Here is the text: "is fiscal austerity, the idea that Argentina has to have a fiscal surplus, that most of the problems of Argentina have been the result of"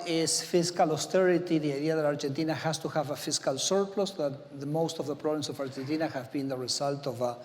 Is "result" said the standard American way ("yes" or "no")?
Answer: no